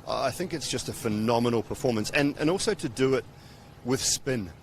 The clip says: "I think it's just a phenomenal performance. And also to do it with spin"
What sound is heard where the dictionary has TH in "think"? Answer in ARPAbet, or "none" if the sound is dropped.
TH